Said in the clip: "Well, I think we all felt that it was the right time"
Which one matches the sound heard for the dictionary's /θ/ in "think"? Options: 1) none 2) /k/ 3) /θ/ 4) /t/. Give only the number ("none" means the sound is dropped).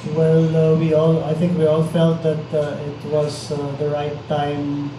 4